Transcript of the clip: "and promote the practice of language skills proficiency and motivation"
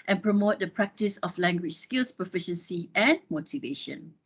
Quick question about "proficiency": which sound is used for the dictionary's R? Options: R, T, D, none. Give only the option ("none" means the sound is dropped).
none